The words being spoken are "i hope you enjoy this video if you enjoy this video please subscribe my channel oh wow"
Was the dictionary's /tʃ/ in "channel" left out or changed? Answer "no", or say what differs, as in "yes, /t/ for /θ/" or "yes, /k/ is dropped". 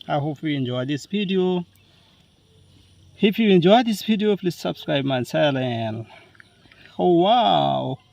yes, /s/ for /tʃ/